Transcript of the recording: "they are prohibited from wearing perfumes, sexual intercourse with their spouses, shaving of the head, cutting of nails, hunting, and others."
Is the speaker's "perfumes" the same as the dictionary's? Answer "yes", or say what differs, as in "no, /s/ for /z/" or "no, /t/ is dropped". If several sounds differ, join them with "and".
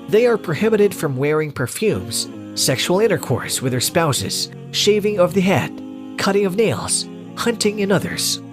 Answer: yes